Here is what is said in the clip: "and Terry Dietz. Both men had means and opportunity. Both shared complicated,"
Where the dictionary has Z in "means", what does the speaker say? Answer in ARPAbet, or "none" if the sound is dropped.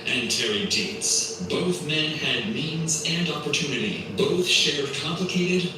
Z